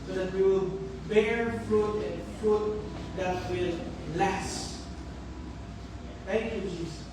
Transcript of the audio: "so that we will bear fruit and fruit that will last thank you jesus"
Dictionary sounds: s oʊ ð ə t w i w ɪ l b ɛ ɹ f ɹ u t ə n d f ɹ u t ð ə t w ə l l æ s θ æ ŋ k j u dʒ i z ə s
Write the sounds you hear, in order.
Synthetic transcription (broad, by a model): s oʊ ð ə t w i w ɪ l b ɛ ɹ f ɹ u t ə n f ɹ u t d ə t w ə l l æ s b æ k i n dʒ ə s